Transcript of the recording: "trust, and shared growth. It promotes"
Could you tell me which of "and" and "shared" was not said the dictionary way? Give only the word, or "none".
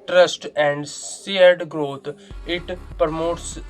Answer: shared